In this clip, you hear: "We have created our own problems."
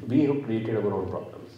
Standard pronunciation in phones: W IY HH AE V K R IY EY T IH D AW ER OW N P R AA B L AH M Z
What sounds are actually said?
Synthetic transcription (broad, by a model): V IY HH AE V K R IY EY T IH D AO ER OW L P R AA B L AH M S